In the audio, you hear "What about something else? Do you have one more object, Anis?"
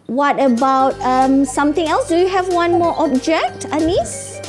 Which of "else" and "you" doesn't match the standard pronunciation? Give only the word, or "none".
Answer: none